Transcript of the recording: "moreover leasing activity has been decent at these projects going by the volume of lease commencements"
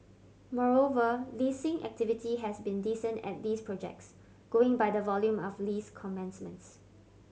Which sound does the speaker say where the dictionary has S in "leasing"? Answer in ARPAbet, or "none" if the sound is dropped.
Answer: S